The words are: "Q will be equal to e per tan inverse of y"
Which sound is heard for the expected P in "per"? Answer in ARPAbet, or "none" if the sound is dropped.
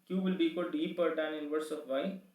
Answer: P